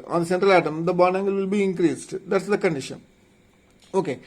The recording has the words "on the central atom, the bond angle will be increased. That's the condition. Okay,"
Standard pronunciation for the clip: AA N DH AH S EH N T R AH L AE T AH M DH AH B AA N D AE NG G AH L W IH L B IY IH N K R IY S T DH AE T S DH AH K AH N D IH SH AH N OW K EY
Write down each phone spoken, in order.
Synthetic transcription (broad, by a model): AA N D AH S EH N T R AH L AE T AH M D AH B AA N AE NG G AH L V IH L B IY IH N K R IY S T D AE T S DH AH K AH N D IH SH AH N OW K EY